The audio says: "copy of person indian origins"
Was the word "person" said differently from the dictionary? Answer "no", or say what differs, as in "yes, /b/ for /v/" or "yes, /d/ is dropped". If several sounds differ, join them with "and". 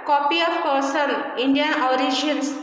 yes, /l/ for /n/